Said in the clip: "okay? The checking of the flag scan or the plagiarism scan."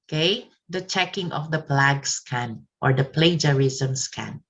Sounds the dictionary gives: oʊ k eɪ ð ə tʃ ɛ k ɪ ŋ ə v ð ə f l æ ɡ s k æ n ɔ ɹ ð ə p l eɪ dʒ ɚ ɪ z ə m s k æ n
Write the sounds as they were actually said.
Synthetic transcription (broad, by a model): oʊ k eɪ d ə tʃ ɛ k ɪ ŋ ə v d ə p l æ ɡ s k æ n ɔ ɹ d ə p l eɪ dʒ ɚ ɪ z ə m s k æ n